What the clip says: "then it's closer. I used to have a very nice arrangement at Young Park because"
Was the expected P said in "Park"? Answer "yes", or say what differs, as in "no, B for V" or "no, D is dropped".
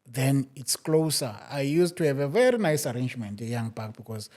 no, B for P